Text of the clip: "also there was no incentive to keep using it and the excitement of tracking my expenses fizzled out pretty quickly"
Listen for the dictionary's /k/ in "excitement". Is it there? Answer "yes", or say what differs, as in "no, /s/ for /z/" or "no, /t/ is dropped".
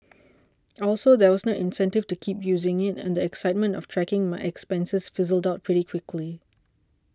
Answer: yes